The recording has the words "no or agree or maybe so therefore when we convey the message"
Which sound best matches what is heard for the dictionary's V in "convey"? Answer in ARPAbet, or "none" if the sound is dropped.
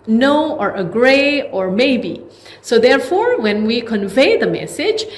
V